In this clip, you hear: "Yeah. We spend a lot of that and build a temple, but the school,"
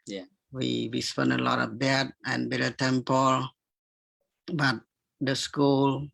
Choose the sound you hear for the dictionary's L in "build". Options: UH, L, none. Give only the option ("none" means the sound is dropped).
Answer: none